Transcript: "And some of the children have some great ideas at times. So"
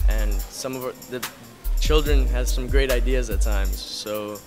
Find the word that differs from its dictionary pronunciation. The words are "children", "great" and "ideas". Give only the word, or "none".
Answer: none